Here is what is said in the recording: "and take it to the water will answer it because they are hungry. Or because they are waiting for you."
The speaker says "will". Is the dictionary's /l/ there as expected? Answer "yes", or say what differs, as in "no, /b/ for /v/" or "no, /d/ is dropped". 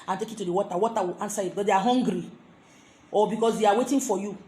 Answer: no, /w/ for /l/